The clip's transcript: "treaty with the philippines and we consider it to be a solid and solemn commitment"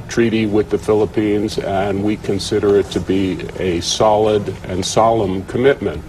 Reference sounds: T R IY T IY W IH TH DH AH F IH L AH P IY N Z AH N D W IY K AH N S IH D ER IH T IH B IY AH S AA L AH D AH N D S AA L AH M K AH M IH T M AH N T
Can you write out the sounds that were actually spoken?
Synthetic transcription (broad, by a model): T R IY T IY W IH DH AH F IH L AH P IY N Z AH N W IY K AH N S IH D ER IH T IH B IY AH S AA L AH D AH N S AA L AH M K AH M IH T M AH N T